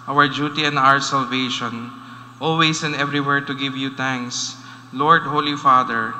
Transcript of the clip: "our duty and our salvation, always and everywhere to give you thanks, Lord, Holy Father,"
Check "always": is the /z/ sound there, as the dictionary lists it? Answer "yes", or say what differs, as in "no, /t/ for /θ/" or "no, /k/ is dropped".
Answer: no, /s/ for /z/